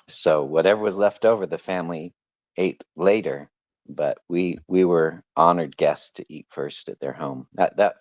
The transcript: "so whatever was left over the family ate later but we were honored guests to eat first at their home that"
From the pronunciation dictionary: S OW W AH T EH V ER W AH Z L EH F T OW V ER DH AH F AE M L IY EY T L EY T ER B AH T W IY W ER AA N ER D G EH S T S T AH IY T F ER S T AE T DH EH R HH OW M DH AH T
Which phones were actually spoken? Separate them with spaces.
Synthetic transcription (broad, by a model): S OW W AH T EH V ER W AH Z L EH F T OW V ER DH AH F AE M L IY EY T L EY T ER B AH T W IY W ER AA N ER D G EH S T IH T IY T F ER S T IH T DH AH R HH OW M DH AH T